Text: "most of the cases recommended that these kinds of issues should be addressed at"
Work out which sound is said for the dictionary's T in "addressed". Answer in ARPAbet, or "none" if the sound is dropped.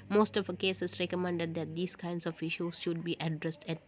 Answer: T